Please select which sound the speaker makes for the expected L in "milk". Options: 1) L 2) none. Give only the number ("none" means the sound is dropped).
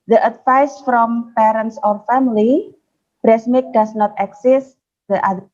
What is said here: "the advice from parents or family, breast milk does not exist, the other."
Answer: 2